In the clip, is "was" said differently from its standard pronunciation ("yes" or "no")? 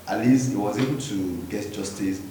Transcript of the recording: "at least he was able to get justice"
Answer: no